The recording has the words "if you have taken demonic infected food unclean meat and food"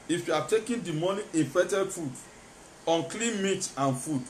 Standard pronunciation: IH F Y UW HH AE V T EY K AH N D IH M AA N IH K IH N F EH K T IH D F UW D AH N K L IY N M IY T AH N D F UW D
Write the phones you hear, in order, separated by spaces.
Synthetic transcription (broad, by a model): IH F Y UW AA T EY K AH N D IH M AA N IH IH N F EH T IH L F UW D AH N K L IY N M IY T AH N F UW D